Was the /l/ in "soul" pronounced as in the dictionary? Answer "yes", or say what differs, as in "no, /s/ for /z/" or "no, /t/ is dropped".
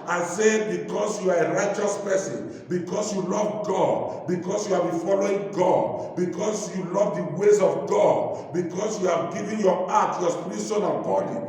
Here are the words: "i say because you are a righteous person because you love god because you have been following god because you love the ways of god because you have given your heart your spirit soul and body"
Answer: no, /n/ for /l/